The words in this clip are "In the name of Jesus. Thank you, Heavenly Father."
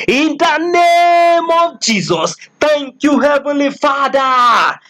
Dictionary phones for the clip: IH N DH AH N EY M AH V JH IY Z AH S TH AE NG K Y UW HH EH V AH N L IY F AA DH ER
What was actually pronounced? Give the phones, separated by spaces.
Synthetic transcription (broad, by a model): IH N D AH N EY M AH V JH IY Z AH S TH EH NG K Y UW HH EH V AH L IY F AA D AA